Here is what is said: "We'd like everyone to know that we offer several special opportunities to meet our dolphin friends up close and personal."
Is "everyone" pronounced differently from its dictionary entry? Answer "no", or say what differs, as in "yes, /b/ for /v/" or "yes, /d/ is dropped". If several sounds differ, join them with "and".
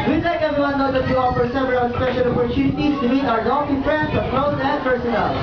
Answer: yes, /ɹ/ is dropped